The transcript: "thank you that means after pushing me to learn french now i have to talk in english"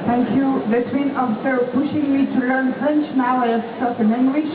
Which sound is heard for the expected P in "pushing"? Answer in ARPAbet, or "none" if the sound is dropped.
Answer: P